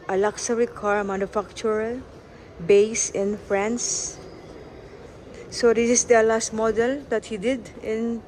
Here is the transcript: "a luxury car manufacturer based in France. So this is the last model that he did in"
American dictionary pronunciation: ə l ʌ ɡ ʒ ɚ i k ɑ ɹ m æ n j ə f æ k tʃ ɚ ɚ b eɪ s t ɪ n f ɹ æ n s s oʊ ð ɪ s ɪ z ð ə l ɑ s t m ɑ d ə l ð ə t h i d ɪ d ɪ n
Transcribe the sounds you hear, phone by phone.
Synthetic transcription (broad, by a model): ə l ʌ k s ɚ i k ɑ ɹ m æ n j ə f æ k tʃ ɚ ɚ b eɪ s ɪ n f ɹ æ n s s oʊ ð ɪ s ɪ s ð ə l ɑ s t m ɑ d ə l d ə t h i d ɪ d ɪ n